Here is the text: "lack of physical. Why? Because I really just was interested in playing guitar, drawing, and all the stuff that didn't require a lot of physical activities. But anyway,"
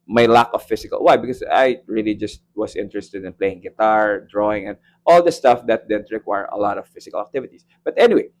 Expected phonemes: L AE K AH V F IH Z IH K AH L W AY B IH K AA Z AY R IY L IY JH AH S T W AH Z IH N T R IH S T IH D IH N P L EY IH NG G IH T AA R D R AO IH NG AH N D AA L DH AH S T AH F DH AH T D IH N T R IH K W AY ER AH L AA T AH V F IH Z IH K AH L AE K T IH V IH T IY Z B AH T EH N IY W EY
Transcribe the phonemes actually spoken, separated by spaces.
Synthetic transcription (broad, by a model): L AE K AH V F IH S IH K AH L W AY B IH K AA S AY R IY L IY JH AH S T W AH S IH N T R IH S T IH D IH N P L EY IH NG G IH T AA R D R AO IH NG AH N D AA L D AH S T AH F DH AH T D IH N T R IH K W AY ER AH L AA T AH V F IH S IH K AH L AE K T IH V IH T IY S B AH T EH N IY W EY